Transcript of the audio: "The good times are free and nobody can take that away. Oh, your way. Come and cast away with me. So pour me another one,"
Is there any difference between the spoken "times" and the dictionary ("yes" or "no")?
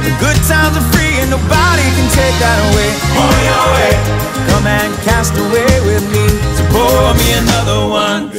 yes